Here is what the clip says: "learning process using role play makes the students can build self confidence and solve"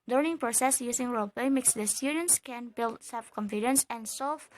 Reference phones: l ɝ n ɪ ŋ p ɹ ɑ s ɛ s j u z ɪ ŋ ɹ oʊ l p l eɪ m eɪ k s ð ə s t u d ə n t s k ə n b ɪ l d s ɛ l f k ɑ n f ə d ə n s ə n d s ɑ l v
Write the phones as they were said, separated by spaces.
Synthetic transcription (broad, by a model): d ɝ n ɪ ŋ p ɹ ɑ s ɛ s j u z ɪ ŋ ɹ oʊ l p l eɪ m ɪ k s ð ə s t u d ə n t s k ə n b ɪ l d s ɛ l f k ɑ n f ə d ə n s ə n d s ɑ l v